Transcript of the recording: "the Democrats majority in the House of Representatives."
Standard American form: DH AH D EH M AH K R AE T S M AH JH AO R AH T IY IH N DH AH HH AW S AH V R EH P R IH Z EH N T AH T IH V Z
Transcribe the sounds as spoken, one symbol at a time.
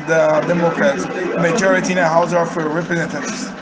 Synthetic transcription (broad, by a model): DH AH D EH M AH K R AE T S M AH JH AO R AH T IY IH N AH HH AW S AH F R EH P R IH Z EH N T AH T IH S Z